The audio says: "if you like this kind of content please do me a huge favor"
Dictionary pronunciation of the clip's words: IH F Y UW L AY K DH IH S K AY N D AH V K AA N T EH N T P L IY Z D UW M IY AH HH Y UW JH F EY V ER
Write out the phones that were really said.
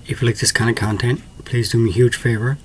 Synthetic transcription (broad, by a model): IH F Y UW L AY K DH IH S K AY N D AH K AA N T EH N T P L IY Z D UW M IY HH Y UW JH F EY V ER